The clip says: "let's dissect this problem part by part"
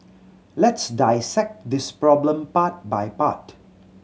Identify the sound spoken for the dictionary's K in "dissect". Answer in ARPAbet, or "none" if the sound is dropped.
K